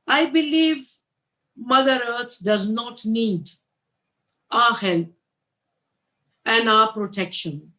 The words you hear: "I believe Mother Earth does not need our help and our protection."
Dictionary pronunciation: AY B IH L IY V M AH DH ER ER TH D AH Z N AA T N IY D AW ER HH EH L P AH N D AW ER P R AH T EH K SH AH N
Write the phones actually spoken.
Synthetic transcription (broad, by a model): AY B IH L IY V M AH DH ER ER T D AH Z N AA T N IY D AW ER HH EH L AH N D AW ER P R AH T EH K SH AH N